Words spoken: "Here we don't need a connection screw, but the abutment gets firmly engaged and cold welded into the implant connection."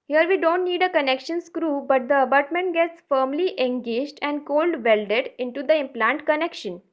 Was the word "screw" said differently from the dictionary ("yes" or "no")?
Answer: no